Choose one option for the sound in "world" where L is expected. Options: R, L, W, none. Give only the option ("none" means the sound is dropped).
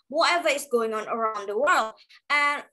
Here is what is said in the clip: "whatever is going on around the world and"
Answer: L